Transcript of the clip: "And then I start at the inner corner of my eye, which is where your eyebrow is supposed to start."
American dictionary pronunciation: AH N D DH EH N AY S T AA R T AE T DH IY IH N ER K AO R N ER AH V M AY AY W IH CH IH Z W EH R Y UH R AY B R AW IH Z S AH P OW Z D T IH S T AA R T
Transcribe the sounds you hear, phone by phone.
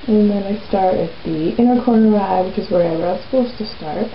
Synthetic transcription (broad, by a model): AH N DH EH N AY S T AA R T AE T DH IY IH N ER K AO R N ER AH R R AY AY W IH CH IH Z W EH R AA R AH R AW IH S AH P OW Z T IH S T AA R T